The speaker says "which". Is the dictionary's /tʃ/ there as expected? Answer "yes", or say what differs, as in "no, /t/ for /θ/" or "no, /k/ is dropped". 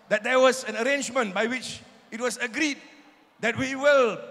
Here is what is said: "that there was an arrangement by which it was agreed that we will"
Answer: yes